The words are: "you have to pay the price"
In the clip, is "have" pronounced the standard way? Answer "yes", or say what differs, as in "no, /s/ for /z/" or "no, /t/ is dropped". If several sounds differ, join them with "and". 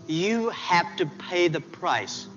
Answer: no, /f/ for /v/